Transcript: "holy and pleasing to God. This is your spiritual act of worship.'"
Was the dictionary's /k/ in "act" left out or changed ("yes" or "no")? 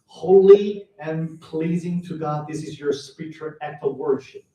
yes